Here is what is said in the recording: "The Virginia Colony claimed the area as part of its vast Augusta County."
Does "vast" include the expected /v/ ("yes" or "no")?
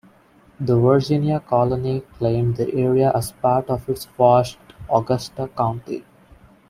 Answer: no